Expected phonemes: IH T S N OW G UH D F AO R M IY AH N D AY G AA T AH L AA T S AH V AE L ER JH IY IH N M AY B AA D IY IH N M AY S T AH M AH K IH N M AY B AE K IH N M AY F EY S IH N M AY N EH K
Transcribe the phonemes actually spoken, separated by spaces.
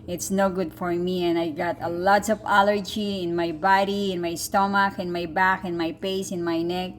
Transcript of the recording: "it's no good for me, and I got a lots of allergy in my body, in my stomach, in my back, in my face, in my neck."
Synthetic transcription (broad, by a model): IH T S N OW G UH D F AO R M IY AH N AY G AA T AH L AA T S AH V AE L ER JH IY IH N M AY B AA D IY IH N M AY S T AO M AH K IH N M AY B AE K IH N M AY P EY S IH N M AY N EH K